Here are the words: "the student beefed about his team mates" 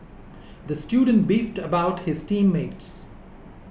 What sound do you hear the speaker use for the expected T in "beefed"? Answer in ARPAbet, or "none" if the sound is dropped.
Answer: T